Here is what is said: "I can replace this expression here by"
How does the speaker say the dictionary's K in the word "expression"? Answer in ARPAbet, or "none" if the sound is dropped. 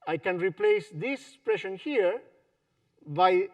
none